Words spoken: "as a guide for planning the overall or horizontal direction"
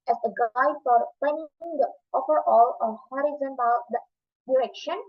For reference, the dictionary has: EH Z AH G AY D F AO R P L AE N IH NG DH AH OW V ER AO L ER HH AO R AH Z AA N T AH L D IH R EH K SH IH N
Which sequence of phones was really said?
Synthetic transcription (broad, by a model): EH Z AH G AY D F AO R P EH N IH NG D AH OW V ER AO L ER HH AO R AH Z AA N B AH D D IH R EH K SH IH N